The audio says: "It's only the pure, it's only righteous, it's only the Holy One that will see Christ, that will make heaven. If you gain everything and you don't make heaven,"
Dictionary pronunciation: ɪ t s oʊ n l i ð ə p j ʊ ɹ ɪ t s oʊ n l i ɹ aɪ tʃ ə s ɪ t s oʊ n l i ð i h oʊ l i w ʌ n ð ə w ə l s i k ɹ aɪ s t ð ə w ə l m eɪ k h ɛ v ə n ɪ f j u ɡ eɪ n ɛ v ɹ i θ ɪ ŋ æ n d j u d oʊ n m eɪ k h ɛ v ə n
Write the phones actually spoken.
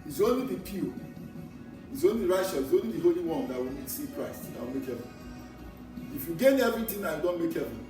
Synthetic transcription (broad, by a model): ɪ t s oʊ n l i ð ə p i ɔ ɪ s oʊ n l i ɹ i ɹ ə ʃ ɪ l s oʊ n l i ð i h oʊ l i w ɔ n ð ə w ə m s i k ɹ aɪ s t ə w ə l m eɪ k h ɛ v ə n ɪ f j u ɡ eɪ n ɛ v ɹ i t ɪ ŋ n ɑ j u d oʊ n m eɪ k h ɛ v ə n